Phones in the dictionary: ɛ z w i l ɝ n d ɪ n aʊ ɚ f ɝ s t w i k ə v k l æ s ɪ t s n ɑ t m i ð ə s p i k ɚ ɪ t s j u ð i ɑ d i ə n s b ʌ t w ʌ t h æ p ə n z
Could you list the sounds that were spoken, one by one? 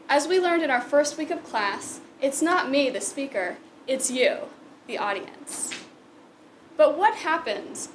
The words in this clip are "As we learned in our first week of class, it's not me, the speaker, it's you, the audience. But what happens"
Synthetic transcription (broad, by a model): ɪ z w i l ɝ n d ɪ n aʊ ɚ f ɝ s t w i k ə v k l æ s ɪ t s n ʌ t m i ð ə s p i k ɚ ɪ t s j u ð i ɑ d i ə n s b ʌ t w ʌ t h æ p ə n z